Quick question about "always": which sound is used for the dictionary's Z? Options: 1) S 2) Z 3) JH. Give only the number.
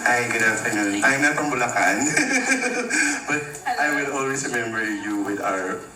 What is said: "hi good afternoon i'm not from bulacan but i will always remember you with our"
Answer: 1